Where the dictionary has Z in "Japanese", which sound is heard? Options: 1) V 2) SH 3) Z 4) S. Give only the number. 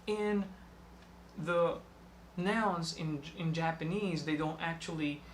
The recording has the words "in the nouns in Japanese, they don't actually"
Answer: 3